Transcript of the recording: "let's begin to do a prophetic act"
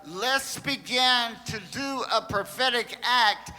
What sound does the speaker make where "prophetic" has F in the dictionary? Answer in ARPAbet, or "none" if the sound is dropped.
F